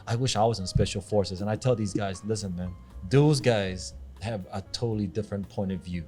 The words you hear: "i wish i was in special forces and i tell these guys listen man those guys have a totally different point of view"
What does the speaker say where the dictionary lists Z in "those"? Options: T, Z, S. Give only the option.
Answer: Z